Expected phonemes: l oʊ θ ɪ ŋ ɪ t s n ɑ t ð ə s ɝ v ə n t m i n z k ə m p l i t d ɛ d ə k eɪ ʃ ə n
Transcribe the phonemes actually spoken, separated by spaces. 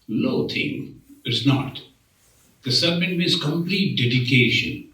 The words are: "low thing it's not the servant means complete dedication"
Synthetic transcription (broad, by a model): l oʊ t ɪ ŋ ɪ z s n ɑ t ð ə s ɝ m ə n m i z k ə m p l i t d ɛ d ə k eɪ ʃ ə n